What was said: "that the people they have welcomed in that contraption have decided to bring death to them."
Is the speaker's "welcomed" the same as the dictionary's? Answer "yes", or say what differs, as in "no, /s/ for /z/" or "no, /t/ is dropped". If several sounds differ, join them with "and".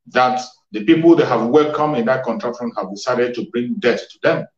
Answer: no, /d/ is dropped